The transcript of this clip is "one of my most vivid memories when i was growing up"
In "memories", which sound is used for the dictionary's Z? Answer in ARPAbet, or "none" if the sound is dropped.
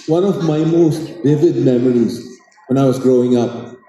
Z